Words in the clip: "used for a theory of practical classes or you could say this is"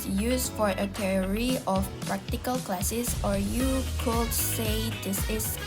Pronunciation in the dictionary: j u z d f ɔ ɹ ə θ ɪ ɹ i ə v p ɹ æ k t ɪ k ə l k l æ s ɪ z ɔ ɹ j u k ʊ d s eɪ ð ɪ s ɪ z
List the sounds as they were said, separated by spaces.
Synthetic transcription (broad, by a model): j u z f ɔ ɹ ə t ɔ ɹ i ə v p ɹ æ k t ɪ k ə l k l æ s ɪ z ɔ ɹ j u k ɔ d s eɪ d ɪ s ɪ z